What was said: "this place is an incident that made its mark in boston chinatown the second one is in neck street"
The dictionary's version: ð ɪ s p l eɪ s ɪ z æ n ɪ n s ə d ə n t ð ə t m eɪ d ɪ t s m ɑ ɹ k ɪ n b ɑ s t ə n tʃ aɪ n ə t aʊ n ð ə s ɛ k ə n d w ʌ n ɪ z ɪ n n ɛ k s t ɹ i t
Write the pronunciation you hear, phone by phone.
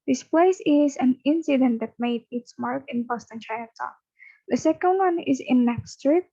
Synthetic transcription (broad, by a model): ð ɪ s p l eɪ s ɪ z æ n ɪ n s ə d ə n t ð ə t m eɪ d ɪ t s m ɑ ɹ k ɪ n b ɑ s t ə n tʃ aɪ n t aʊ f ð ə s ɛ k ə n d w ʌ n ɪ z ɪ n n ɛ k s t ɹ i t